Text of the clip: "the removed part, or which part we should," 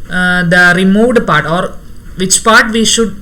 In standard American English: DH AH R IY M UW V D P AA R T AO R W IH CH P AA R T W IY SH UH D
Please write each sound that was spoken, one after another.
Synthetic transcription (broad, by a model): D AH R IY M UW V D P AA R T AO R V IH CH P AA R T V IY SH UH D